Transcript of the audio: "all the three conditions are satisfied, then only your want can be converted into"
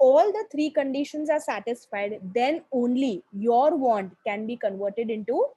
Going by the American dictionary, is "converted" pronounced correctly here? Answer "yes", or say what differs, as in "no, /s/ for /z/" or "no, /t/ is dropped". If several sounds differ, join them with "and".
yes